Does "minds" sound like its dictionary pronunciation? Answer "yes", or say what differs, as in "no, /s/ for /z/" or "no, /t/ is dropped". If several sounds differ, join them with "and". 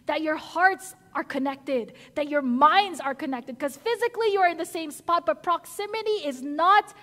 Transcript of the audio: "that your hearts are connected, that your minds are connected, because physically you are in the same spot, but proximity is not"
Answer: yes